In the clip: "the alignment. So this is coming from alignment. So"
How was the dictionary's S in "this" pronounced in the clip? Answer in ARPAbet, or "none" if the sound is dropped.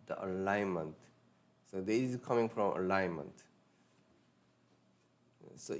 none